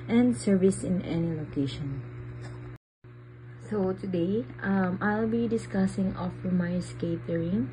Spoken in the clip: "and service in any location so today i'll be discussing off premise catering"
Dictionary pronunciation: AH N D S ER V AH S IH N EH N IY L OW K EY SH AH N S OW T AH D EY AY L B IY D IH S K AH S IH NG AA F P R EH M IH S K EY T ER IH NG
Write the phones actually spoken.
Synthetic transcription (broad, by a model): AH N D S ER V AH S IH N EH N IY L OW K EY SH AH N S OW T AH D EY AY L B IY D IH S K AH S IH NG AA F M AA IH S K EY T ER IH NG